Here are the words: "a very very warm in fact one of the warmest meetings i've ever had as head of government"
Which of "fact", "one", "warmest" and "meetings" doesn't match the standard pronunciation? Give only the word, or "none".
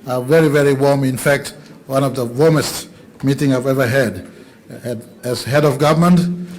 meetings